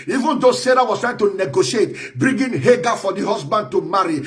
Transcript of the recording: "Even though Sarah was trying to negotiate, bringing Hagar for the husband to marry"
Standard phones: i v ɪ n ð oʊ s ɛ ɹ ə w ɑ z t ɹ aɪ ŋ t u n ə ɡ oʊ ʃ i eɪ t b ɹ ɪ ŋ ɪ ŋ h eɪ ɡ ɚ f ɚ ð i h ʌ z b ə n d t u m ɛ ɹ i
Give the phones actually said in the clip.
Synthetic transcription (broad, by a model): i v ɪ n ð oʊ s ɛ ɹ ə w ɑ s t ɹ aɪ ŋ t u n ə ɡ oʊ ʃ i eɪ t b ɹ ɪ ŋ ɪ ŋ h eɪ ɡ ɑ f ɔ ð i h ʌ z b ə n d t u m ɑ ɹ i